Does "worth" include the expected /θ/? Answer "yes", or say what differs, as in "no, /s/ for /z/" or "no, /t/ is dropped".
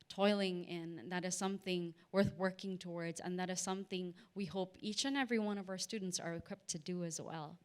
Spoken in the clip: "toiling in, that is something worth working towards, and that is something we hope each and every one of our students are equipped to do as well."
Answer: yes